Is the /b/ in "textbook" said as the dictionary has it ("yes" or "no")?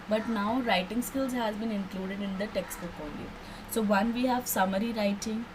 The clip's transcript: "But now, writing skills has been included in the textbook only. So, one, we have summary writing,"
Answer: no